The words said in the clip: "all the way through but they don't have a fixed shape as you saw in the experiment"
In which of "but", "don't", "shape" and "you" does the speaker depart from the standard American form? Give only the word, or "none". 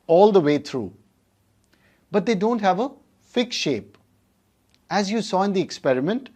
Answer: none